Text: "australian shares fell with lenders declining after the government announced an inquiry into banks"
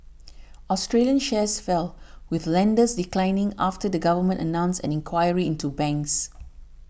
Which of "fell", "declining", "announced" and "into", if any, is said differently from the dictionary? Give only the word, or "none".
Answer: announced